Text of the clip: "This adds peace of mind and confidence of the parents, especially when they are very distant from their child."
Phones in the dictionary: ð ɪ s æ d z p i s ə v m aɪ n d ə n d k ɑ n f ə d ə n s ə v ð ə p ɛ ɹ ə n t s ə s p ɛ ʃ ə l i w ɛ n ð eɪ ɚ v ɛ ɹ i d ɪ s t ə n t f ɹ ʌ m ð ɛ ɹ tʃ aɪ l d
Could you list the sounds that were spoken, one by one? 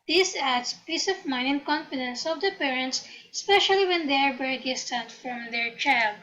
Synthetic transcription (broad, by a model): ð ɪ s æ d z p i s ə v m aɪ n ə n k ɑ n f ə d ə n s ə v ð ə p ɛ ɹ ə n t s s p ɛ ʃ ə l i w ɛ n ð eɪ ɚ b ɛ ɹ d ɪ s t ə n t f ɹ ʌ m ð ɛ ɹ tʃ aɪ l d